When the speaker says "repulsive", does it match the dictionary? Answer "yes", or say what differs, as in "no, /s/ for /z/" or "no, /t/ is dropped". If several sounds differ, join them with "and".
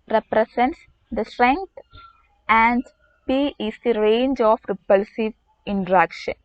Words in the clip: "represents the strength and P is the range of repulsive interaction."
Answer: yes